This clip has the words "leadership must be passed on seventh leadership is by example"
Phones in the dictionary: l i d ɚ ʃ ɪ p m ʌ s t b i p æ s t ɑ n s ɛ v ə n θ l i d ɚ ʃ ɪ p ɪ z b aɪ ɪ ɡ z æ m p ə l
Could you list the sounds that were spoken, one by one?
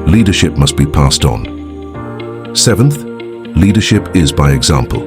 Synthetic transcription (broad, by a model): l i d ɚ ʃ ɪ p m ʌ s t b i p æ s t n s ɛ v ə n θ l i d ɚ ʃ ɪ p ɪ z b aɪ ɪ ɡ z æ m p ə l